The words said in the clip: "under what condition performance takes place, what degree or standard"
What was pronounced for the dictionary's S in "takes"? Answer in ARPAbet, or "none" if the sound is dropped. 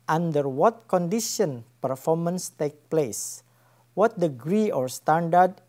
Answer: none